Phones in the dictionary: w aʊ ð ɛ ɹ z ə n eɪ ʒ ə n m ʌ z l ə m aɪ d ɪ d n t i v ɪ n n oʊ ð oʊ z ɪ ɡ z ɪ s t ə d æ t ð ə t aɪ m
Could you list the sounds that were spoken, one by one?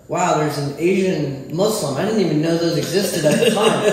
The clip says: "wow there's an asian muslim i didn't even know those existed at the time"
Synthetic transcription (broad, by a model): w aʊ ð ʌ ɹ z ə n eɪ ʒ ə n m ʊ s l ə m aɪ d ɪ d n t i v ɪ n n oʊ ð oʊ z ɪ ɡ z ɪ s t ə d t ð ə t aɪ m